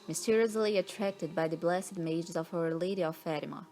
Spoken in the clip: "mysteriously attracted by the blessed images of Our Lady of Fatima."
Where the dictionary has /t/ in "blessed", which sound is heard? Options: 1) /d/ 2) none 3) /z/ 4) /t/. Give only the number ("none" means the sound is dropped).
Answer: 2